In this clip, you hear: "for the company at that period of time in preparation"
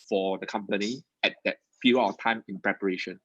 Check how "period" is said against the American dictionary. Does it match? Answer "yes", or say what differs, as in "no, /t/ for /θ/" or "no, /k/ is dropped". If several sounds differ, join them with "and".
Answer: no, /d/ is dropped